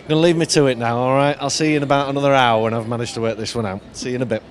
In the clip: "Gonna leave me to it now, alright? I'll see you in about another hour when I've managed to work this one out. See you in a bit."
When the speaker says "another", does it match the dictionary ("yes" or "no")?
yes